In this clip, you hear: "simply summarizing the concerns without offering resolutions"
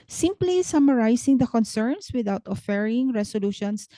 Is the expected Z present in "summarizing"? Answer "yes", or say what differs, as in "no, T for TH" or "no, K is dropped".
no, S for Z